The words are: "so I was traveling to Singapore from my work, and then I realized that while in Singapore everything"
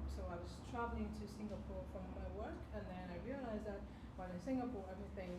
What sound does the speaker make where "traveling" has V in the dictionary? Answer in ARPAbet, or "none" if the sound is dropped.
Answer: V